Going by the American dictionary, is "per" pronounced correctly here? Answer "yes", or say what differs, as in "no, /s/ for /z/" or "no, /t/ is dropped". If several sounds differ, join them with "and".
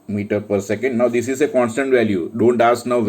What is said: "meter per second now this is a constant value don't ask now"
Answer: yes